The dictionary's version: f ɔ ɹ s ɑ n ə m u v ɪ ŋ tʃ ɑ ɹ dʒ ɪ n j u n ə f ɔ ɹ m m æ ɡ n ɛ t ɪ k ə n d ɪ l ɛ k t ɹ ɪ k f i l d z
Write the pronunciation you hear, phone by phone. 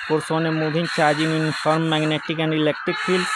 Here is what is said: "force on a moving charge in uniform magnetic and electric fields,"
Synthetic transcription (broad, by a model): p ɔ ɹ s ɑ n ə m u b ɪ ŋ tʃ ɑ ɹ dʒ ɪ n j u n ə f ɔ ɹ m m æ ɡ n ɛ t ɪ k ə n d ɪ l ɛ k t ɹ ɪ k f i l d